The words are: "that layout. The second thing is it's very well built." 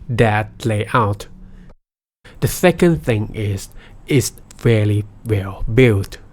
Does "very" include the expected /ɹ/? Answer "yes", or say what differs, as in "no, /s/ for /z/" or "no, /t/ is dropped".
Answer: no, /l/ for /ɹ/